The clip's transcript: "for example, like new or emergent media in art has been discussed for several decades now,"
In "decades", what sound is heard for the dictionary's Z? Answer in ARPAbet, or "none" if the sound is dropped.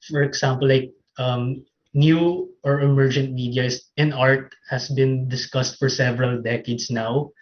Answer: S